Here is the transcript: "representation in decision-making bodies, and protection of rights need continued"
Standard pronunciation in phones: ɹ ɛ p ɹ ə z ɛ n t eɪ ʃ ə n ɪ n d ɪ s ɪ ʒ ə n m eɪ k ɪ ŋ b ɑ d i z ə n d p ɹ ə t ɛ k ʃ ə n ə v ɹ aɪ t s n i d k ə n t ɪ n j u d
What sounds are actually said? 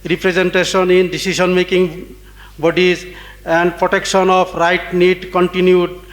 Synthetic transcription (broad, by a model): ɹ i p ɹ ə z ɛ n t eɪ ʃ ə n ɪ n d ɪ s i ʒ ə n m eɪ k ɪ ŋ b ɑ d i z ə n d p ɹ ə t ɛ k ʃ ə n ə p ɹ aɪ t n i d k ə n t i n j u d